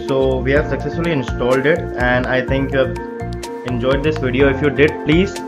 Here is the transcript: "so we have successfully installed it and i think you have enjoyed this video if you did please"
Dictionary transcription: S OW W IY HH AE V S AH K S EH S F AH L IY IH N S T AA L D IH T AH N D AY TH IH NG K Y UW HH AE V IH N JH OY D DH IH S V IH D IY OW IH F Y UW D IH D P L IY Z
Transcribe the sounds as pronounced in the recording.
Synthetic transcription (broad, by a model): S OW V IY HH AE V S AH K S EH S F AH L IY IH N S T AA L D IH T AH N D AY T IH NG K Y UW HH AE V IH N JH OY D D IH S V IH D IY OW IH F Y UW D IH D P L IY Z